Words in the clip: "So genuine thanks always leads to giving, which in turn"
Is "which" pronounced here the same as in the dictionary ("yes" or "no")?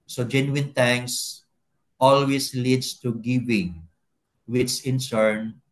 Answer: no